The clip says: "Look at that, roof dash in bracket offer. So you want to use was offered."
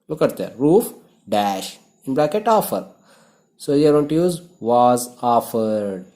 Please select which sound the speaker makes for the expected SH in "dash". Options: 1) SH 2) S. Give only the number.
1